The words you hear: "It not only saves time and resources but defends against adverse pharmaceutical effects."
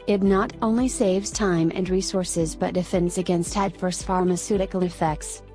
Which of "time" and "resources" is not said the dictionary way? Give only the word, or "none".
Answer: none